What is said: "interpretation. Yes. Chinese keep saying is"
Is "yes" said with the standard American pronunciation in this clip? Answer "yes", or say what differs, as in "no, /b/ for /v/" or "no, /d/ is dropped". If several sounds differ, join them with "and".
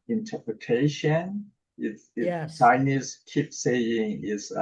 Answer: no, /s/ is dropped